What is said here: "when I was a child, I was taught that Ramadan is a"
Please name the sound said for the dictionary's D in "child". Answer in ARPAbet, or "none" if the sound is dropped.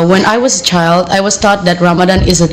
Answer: D